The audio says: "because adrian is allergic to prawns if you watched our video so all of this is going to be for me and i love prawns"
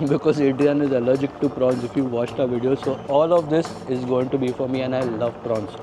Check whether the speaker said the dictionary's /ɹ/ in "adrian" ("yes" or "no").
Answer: no